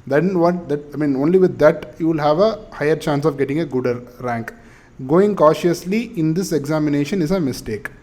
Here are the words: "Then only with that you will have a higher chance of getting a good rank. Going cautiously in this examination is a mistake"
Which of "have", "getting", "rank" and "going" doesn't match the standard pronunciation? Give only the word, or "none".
none